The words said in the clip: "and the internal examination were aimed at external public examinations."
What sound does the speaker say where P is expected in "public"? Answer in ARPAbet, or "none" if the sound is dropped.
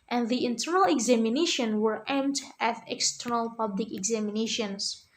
P